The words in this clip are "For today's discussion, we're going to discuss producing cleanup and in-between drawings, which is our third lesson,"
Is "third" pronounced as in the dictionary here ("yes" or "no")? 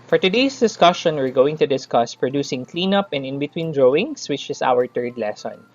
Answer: no